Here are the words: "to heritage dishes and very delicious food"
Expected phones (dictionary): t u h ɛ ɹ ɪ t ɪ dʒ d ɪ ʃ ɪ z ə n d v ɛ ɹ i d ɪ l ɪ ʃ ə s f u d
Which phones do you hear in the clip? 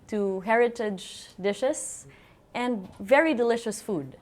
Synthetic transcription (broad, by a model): t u h ɛ ɹ ɪ t ɪ dʒ d ɪ ʃ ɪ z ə n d v ɛ ɹ i d ɪ l ɪ ʃ ə s f u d